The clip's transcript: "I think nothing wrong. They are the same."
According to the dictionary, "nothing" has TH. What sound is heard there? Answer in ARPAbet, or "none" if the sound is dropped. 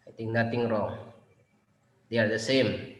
T